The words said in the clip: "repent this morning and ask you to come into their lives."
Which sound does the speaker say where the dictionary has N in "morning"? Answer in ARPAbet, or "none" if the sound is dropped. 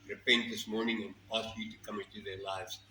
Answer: N